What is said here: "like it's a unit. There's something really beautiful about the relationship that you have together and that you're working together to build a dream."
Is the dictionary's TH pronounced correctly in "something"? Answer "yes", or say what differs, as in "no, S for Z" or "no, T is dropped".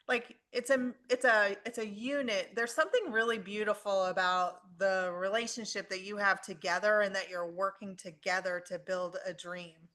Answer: yes